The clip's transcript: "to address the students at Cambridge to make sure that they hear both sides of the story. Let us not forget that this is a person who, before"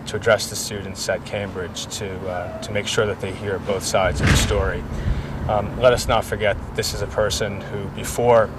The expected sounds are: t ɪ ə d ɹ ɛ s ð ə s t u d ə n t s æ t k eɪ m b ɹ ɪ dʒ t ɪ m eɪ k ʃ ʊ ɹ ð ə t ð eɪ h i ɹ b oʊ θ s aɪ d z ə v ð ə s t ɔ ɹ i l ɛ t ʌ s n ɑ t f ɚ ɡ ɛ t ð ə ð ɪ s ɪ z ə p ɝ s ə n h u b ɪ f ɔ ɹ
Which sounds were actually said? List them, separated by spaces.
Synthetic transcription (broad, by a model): t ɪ ə d ɹ ɛ s ð ə s t u d n t s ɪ t k eɪ m b ɹ ɪ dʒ t ɪ m eɪ k ʃ ʊ ɹ ð ə t ð eɪ h i ɹ b oʊ θ s aɪ d z ə v ð ə s t ɔ ɹ i l ɛ t ʌ s n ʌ t f ɚ ɡ ɛ t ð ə ð ɪ s ɪ z ə p ɝ s ə n h u b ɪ f ɔ ɹ